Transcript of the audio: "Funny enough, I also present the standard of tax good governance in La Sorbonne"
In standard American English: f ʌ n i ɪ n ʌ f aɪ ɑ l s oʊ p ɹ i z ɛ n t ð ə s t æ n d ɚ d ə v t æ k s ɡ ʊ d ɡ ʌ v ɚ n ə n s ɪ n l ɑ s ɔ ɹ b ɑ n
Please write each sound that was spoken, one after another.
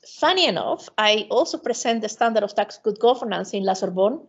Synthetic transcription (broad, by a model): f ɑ n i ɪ n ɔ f aɪ ɑ l s oʊ p ɹ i s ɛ n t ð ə s t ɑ n d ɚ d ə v t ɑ k s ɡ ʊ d ɡ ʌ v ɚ n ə n s ɪ n l ɑ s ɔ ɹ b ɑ n